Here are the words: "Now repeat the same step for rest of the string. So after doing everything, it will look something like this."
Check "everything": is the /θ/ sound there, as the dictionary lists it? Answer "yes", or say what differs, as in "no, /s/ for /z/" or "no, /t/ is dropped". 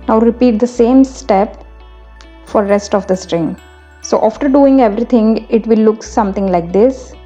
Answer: no, /t/ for /θ/